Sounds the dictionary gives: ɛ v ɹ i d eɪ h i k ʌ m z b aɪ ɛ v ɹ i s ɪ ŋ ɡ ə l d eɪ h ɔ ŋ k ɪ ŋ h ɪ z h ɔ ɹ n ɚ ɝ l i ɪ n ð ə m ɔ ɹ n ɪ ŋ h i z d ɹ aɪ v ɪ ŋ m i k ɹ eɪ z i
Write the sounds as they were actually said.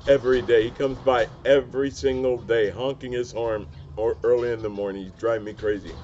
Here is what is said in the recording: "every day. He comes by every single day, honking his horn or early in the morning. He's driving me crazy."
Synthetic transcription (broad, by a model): ɛ v ɹ i d eɪ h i k ʌ m z b aɪ ɛ v ɹ i s ɪ ŋ ɡ l d eɪ h ɔ ŋ k ɪ ŋ ɪ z h ɔ ɹ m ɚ ɝ l i ɪ n ð ə m ɔ ɹ n ɪ ŋ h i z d ɹ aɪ ɪ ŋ m i k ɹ eɪ z i